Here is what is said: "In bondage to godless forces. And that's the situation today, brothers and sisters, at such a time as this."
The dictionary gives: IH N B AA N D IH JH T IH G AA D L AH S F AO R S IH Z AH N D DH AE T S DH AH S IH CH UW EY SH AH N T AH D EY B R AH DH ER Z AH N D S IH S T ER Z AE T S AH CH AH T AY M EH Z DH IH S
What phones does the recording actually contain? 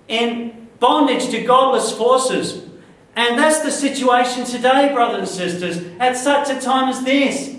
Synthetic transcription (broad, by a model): IH N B AA N D IH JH T IH G AA D L AH S F AO R S IH Z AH N DH AE T S DH AH S IH CH UW EY SH AH N T AH D EY B R AH DH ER AH N S IH S T ER Z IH T S AH CH AH T AY M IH Z DH IH S